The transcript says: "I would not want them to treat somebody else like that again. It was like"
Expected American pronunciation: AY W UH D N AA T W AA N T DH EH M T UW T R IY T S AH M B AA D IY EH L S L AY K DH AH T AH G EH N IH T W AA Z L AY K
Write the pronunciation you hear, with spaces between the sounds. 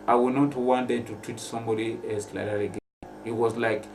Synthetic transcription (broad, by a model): AY W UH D N AA T W AA N T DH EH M T UW T R IY T S AH M B AA D IY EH S L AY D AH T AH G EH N IH T W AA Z L AY K